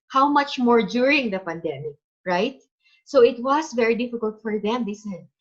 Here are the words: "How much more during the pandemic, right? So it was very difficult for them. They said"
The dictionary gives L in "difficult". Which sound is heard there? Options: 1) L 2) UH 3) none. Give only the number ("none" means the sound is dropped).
1